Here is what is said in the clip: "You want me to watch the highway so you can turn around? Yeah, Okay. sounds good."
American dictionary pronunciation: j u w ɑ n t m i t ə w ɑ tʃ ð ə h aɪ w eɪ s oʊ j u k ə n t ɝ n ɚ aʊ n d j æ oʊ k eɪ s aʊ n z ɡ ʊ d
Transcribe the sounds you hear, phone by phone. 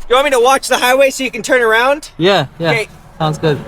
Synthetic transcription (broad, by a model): j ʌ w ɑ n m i t ə w ɑ tʃ ð ə h aɪ w eɪ s oʊ j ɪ k ə n t ɝ n ɚ aʊ n d j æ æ eɪ s aʊ n z ɡ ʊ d